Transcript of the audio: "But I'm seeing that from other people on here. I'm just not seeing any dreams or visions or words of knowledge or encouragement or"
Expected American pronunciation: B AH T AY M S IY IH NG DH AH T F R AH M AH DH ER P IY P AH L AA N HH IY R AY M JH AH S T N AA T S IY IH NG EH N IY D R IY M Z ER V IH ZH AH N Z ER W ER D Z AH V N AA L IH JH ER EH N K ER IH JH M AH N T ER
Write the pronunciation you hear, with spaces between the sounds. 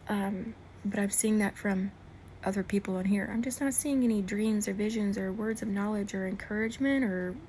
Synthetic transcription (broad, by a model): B AH T AY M S IY IH NG DH AH T F R AH M AH DH ER P IY P L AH N HH IY R AY M JH AH S T N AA T S IY IH NG EH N IY D R IY M Z ER V IH ZH AH N Z ER W ER D Z AH V N AA L IH JH ER EH N K ER IH JH M AH N T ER